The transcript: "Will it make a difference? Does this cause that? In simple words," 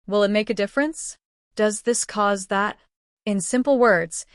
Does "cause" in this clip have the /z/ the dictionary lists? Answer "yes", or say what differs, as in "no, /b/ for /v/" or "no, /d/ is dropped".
yes